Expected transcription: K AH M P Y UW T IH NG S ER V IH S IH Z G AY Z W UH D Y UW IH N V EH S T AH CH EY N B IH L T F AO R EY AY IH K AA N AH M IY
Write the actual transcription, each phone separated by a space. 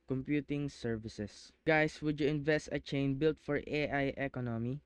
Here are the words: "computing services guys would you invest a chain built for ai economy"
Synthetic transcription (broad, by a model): K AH M P Y UW T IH NG S ER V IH S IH S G AY S W UH D Y UW IH N V EH S T AH CH EY N B IH L T F AO R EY AY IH K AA N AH M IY